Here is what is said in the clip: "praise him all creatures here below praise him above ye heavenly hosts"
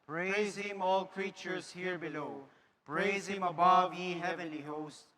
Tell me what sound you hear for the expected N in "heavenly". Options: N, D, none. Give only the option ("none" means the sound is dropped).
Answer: N